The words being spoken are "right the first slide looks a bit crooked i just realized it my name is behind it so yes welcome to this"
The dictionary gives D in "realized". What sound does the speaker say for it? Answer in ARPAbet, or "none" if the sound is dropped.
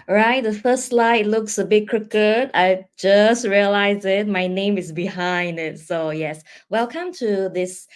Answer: none